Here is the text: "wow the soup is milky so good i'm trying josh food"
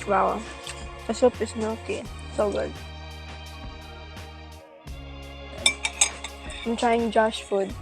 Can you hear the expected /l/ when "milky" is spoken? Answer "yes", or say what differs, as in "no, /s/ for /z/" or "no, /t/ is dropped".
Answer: no, /l/ is dropped